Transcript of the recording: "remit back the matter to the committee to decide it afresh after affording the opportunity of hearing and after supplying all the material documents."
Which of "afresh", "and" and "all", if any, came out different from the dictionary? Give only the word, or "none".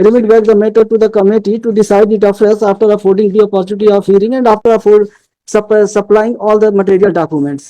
afresh